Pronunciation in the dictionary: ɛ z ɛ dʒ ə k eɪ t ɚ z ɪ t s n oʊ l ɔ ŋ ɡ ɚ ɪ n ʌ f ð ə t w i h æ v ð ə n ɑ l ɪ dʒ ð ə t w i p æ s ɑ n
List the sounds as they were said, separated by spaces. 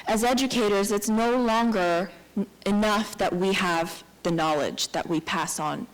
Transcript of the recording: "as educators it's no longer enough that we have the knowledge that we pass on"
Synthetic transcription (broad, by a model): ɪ z ɛ dʒ ə k eɪ t ɚ z ɪ t s n oʊ l ɔ ŋ ɡ ɚ ɪ n ʌ f ð ə t w i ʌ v ð ə n ɑ l ɪ dʒ ð ə t w i p æ s n